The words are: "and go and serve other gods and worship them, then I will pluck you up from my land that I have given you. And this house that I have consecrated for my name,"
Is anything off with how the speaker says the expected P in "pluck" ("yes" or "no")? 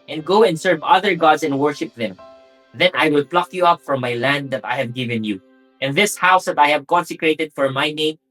no